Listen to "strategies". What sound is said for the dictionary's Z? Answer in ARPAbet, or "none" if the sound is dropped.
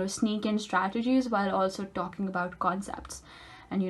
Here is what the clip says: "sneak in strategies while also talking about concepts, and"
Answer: Z